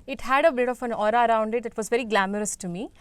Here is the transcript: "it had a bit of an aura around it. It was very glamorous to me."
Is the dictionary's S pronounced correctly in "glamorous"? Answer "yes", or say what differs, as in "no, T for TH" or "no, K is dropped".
yes